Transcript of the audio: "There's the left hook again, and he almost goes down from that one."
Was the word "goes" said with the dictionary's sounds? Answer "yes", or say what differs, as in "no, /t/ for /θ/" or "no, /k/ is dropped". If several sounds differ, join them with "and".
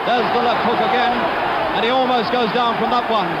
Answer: yes